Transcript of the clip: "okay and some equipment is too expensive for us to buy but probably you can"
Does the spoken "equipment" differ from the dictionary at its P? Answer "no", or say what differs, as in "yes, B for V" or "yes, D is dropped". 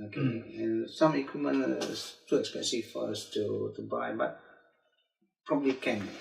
yes, P is dropped